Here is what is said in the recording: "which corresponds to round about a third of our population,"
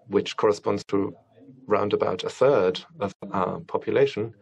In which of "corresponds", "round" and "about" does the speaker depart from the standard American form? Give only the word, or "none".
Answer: none